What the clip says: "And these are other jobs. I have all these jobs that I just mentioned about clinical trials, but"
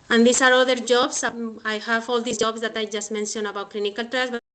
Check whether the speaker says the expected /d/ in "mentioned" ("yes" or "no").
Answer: no